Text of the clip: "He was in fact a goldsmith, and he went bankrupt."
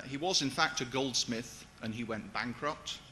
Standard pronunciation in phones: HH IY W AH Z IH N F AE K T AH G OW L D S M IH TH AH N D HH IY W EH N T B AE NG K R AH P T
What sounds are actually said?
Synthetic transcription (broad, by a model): HH IY W AH Z IH N F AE K T AH G OW L D S M IH TH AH N IY W EH N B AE NG K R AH P T